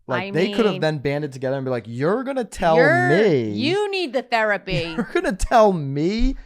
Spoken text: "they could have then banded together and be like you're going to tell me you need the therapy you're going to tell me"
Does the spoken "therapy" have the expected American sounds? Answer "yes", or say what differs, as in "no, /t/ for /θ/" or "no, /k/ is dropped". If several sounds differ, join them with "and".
yes